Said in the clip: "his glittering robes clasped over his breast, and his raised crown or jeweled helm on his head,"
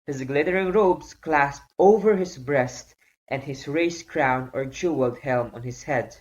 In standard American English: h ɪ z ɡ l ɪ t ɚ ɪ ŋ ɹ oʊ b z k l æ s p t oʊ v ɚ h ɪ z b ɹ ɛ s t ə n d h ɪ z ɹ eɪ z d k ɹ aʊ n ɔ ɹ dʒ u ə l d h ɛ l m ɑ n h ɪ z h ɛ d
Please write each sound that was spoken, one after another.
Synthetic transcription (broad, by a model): h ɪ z ɡ l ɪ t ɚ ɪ ŋ ɹ oʊ b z k l æ s p t oʊ v ɚ h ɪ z b ɹ ɛ s t ə n d h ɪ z ɹ eɪ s k ɹ aʊ n ɔ ɹ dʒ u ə l d h ɛ l m ɑ n h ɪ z h ɛ d